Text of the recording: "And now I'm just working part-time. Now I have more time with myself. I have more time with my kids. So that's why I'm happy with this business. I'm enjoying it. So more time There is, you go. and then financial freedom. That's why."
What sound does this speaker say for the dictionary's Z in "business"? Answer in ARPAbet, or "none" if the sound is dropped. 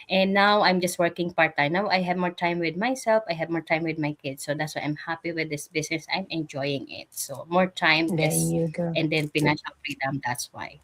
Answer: S